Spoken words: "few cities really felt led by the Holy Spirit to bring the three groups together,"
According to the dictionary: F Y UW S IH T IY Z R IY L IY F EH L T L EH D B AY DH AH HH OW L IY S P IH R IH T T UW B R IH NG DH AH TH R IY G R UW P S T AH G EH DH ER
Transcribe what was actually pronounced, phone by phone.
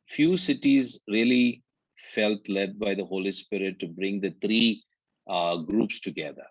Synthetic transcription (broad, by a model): F Y UW S IH T IY Z R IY L IY F EH L T L EH D B AY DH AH HH OW L IY S P IH R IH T T UW B R IH NG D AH T R IY G R UW P S T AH G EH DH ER